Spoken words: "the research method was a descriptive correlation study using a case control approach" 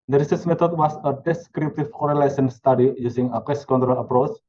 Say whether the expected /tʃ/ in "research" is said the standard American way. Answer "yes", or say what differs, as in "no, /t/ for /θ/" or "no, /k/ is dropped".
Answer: no, /s/ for /tʃ/